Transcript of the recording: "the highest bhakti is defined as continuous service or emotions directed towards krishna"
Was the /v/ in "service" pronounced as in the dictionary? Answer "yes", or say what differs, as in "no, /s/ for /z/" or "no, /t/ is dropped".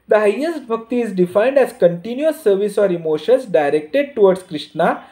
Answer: yes